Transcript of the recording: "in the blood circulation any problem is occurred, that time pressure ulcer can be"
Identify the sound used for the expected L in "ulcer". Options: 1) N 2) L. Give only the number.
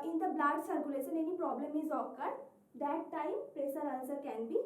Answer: 1